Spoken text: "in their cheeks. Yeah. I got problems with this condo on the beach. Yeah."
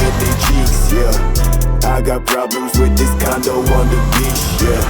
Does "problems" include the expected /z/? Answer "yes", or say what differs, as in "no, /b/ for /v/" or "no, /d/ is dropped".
yes